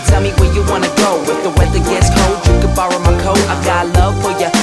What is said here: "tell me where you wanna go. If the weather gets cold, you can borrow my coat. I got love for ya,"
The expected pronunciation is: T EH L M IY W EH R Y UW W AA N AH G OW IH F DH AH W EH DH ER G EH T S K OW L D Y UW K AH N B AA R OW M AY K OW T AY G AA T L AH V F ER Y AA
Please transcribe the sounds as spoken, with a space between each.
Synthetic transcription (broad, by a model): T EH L M IY W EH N Y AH W AA N AH G OW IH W DH AH W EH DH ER G EH T S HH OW L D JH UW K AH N B AA R OW M AY K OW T AY G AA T L AH V F ER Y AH